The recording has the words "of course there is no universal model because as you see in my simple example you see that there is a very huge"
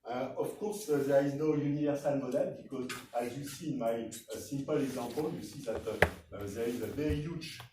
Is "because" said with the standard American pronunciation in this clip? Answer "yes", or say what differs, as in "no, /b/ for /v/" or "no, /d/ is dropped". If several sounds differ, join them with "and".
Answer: yes